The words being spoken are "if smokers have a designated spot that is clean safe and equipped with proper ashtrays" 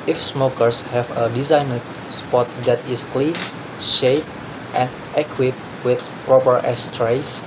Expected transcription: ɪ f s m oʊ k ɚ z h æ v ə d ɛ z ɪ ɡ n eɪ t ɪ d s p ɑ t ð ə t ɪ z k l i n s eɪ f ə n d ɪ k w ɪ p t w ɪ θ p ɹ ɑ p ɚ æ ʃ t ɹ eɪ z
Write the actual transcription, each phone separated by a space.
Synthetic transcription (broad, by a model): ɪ f s m oʊ k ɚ s h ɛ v ə d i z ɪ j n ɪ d s p ɑ t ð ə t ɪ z k l i n ʃ eɪ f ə n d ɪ k w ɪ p w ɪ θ p ɹ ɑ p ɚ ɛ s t ɹ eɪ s